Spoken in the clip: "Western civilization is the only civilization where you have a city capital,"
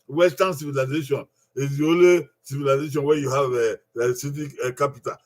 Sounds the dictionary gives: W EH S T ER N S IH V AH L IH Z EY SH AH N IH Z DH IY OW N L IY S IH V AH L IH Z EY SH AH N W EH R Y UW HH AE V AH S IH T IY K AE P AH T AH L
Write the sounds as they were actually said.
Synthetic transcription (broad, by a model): W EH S T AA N S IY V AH L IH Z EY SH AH N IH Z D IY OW L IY S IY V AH L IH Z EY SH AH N W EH Y UW HH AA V AH S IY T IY K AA P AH T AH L